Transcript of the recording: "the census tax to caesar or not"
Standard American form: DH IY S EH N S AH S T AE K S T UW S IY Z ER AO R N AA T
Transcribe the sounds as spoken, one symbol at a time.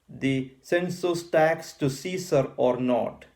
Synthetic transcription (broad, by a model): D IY S EH N S AH S T AE K S T UW S IY S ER AO R N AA T